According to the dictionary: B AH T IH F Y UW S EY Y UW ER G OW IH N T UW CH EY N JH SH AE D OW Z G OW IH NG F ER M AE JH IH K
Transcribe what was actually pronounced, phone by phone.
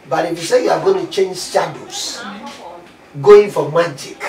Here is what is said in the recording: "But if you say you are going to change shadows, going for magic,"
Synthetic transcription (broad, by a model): B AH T IH F Y UW S EY Y UW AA G OW IH N T UW CH EY N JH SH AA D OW S G OW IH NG F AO M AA JH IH K